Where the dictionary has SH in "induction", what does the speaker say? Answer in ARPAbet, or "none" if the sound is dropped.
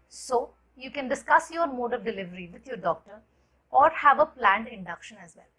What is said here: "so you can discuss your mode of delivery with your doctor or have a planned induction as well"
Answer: SH